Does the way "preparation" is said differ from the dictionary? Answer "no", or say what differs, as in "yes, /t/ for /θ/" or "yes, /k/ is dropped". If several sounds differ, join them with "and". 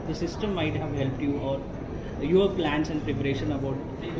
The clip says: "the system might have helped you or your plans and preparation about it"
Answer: no